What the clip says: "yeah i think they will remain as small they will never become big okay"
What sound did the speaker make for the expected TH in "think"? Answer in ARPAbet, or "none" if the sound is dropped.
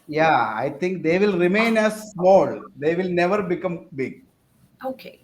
T